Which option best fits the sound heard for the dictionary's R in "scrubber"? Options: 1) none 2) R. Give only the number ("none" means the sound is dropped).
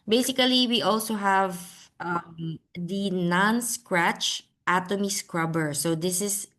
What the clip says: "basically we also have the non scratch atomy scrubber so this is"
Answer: 2